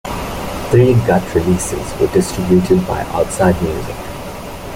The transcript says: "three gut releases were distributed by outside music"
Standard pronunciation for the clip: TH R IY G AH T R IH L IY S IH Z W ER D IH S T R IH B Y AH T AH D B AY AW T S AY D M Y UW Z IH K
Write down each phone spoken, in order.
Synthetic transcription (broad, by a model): T R IY G AH T R IH L IY S IH Z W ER D IH S T R IH B Y AH T AH D B AY AW T S AY D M Y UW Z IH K